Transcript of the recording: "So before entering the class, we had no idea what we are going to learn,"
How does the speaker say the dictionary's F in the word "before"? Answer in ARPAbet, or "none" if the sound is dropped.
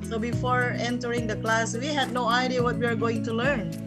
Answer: F